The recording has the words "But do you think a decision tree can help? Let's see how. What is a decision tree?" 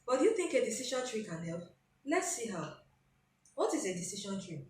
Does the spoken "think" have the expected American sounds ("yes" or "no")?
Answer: yes